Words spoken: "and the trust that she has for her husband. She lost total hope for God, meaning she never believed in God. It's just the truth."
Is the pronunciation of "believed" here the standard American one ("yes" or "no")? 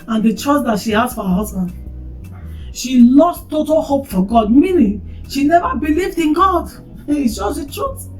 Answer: yes